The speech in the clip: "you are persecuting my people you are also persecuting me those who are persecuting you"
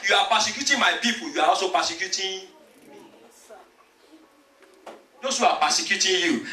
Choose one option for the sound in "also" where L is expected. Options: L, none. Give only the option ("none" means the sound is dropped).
none